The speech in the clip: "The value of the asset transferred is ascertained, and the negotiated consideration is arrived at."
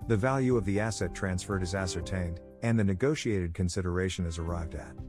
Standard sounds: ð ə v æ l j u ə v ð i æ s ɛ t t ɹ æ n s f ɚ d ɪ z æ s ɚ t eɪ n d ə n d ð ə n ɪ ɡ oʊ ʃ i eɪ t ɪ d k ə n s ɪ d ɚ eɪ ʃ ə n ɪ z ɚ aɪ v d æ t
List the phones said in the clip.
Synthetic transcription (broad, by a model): ð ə v æ l j u ə v ð i æ s ɛ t t ɹ æ n s f ɚ d ɪ z æ s ɚ t eɪ n d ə n ð ə n ɪ ɡ oʊ ʃ i eɪ t ɪ d k ə n s ɪ d ɚ eɪ ʃ ə n ɪ z ɚ aɪ v d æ t